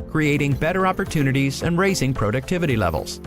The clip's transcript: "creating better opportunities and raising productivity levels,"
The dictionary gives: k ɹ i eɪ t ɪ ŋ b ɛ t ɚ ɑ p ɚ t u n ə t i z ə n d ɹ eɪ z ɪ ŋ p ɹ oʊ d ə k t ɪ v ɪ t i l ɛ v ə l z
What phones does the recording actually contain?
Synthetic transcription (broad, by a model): k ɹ i eɪ t ɪ ŋ b ɛ t ɚ ɑ p ɚ t u n ə t i z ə n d ɹ eɪ z ɪ ŋ p ɹ oʊ d ə k t ɪ v ɪ t i l ɛ v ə l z